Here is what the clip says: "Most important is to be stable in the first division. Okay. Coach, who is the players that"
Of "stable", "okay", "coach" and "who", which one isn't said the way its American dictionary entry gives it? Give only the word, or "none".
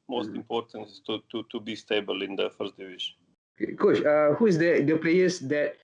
coach